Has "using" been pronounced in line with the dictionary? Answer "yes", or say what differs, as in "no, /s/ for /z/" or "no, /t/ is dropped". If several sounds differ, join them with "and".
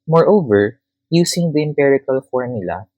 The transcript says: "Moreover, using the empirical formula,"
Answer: no, /s/ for /z/